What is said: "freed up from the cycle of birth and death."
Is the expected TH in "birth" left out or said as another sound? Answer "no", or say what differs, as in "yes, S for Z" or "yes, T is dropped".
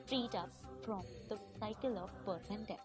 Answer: yes, S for TH